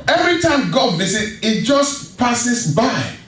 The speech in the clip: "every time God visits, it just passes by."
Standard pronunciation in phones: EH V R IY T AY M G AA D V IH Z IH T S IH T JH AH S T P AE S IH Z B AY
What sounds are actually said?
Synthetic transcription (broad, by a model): EH V R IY T AY M G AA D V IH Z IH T IH T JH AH S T P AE S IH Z B AY